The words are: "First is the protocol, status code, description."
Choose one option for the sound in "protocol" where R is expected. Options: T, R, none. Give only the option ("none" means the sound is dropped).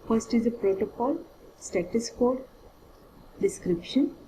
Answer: R